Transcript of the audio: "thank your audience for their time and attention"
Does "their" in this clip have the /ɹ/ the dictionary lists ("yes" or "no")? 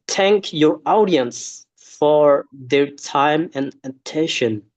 yes